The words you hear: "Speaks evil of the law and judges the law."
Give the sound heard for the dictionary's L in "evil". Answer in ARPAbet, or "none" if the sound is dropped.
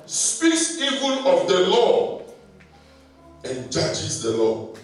N